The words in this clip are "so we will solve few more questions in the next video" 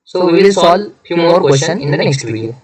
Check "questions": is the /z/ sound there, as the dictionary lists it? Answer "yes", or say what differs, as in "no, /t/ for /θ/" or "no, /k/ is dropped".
no, /z/ is dropped